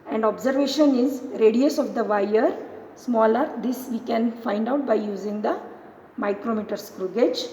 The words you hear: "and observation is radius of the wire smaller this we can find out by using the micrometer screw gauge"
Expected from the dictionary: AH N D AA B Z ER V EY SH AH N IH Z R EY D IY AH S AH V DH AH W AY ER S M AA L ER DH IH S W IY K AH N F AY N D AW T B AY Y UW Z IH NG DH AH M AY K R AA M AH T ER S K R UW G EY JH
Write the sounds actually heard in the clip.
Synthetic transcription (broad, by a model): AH N D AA B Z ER V EY SH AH N IH Z R EY D IY AH S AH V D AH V AY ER S M AA L ER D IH S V IY K AH N F AY N D AW T B AY Y UW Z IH NG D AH M AY K R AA M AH T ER S K R UW G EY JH